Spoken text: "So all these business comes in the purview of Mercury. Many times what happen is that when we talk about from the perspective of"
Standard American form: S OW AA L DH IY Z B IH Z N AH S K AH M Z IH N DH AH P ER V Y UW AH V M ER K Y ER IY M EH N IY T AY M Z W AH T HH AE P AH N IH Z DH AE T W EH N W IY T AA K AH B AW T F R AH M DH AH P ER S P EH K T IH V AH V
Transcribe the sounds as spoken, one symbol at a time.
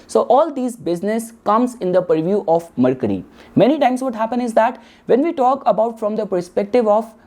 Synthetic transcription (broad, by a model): S OW AA L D IY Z B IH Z N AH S K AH M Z IH N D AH P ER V Y UW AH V M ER K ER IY M EH N IY T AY M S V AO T HH AE P AH N IH Z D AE T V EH N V IY T AA K AH B AW T F R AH M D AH P ER S P EH K T IH V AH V